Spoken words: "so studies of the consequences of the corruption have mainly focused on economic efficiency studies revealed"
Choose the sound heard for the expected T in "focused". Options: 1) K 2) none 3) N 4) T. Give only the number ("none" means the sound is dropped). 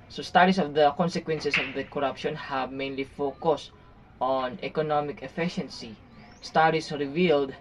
4